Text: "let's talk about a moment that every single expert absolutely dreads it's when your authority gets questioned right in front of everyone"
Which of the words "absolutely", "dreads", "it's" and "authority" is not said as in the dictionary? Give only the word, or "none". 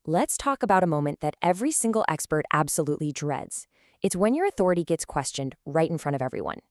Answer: none